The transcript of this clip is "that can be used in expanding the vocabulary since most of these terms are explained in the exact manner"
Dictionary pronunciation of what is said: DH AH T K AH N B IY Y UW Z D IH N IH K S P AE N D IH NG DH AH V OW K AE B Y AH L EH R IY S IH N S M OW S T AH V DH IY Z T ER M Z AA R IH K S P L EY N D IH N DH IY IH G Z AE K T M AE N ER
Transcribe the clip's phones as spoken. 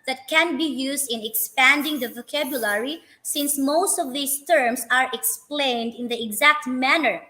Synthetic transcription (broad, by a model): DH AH T K AH N B IY Y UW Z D IH N IH K S P AE N D IH NG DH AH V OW K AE B Y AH L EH R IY S IH N S M OW S T AH V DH IY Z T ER M S AA R IH K S P L EY N D IH N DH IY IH G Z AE K T M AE N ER